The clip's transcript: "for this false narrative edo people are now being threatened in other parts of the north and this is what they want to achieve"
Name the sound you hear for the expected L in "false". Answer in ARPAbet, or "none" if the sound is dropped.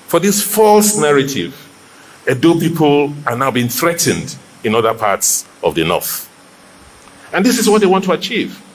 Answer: L